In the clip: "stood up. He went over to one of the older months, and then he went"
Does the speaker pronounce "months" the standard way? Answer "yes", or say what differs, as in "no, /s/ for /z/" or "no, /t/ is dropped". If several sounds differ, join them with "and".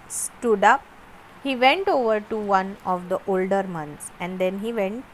no, /t/ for /θ/